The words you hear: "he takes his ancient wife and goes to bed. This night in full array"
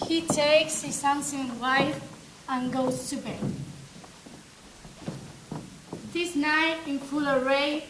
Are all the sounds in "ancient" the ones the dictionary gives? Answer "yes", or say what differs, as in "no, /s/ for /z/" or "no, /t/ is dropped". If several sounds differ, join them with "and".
no, /s/ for /ʃ/